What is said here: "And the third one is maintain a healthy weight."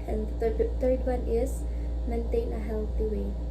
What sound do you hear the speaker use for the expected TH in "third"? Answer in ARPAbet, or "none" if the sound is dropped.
T